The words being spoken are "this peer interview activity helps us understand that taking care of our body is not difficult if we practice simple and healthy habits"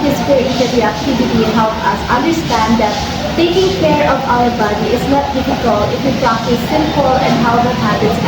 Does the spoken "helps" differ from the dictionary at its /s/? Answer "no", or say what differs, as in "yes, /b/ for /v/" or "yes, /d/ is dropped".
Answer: yes, /s/ is dropped